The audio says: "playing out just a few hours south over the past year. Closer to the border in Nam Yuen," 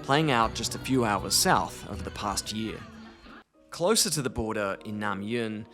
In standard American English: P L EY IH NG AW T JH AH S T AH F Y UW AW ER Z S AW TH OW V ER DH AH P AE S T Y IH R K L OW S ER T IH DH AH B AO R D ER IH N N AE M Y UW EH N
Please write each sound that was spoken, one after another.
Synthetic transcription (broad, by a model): P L EY IH NG AW T JH AH S T AH F Y UW AW ER Z S AW TH OW V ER DH AH P AE S T Y IH R K L OW S ER T IH DH AH B AO R D ER IH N N AE M Y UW N